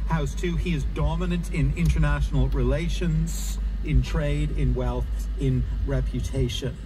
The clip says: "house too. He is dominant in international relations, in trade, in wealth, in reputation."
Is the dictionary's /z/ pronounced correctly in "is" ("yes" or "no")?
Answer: yes